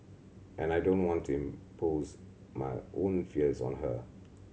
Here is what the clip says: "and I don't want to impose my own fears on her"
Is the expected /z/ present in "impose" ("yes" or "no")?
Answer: yes